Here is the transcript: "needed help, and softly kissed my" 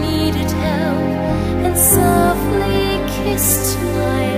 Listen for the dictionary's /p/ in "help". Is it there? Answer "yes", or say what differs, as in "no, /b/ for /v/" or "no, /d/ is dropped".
no, /p/ is dropped